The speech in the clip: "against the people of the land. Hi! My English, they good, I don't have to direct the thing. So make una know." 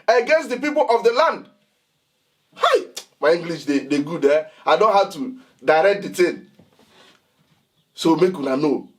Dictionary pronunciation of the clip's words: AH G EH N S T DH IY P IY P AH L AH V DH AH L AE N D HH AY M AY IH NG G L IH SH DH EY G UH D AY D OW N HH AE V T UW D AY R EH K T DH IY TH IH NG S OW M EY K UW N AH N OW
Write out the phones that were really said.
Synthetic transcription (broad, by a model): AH G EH N S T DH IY P IY P AH L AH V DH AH L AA N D HH AY M AY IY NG G L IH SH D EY G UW D AY D OW N HH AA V T UW D AY R EH K T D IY T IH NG S OW M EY K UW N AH N OW